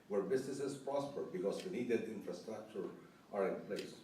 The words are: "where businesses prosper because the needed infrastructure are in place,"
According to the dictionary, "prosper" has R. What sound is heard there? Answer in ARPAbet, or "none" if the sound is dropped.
R